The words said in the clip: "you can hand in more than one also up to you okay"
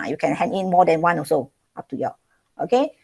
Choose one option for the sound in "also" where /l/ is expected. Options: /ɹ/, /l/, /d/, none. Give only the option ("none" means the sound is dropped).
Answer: none